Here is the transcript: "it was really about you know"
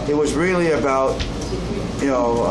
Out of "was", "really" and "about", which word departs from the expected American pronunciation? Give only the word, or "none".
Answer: none